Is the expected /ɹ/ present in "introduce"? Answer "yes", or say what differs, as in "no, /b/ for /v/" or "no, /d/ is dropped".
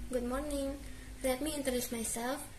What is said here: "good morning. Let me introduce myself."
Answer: no, /ɹ/ is dropped